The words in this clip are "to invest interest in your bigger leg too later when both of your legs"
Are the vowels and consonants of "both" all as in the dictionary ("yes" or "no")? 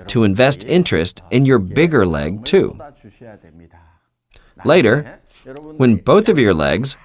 yes